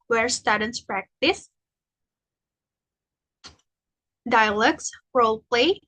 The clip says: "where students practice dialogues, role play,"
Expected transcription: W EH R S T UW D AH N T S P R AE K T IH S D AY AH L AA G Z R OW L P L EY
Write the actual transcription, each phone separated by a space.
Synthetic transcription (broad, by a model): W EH R S T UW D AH N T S P R AE K T IH S D AY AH L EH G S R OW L P L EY